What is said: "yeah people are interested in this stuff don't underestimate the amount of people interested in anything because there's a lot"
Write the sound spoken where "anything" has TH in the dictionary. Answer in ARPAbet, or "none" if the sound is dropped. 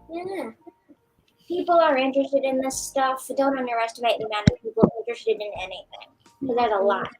TH